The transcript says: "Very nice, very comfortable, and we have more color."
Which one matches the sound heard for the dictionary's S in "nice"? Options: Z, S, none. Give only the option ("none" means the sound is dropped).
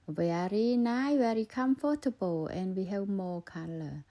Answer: none